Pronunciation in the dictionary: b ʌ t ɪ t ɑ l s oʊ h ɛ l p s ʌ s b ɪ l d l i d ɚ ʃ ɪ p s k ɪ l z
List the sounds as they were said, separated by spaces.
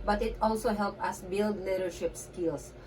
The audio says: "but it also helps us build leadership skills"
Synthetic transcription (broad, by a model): b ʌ t ɪ t ɑ l s oʊ h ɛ l p ʌ s b ɪ l d l i d ɚ ʃ ɪ p s k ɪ l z